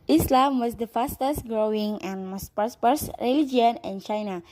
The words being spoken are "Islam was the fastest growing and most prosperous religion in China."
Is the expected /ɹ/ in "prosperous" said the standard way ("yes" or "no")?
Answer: no